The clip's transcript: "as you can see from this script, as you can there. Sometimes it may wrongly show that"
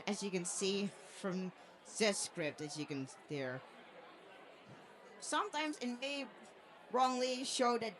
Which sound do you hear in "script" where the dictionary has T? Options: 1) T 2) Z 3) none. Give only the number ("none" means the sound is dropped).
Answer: 1